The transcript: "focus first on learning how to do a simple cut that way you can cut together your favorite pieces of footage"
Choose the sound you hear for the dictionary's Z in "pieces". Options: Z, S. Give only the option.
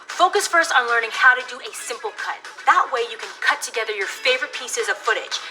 Z